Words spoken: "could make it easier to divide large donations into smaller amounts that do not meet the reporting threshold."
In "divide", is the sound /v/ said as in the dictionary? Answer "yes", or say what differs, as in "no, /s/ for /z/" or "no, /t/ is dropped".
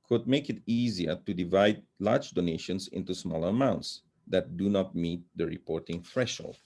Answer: yes